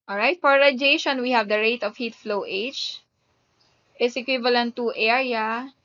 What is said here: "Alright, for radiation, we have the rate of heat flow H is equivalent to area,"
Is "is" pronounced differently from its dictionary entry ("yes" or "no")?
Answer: yes